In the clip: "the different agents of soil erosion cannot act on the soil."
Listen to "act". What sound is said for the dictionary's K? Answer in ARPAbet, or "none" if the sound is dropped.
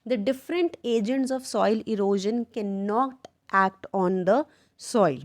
K